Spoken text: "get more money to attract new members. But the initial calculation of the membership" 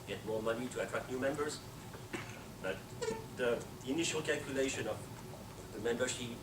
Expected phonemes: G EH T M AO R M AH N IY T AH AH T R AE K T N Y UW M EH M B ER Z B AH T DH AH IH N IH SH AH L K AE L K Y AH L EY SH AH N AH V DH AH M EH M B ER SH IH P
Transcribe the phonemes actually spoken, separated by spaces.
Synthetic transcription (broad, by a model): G EH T M AO R M AH N IY T AH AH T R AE K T N Y UW M EH M B ER Z B AH T DH AH IH N IH SH AH L K AE L K Y AH L EY SH AH N AH V DH AH M EH M B ER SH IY